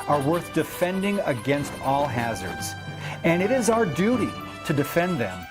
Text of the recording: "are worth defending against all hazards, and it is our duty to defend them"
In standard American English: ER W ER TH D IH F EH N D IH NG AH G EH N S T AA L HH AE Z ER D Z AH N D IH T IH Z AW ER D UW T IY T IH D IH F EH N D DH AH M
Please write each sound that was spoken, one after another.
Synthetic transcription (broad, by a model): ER W ER TH D IH F EH N D IH NG AH G EH N S T AA L HH AE Z ER D Z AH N IH T IH Z AW ER D UW T IY T IH D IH F EH N DH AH M